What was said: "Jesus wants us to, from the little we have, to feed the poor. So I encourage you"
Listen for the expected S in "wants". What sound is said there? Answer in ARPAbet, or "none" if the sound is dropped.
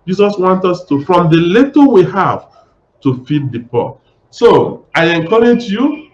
none